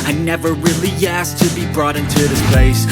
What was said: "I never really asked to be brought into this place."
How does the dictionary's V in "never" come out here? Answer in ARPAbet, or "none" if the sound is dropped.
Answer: V